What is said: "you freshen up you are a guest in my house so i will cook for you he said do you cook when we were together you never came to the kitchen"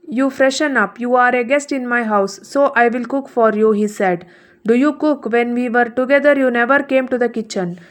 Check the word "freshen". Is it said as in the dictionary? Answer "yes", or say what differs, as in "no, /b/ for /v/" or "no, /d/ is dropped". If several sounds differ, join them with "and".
yes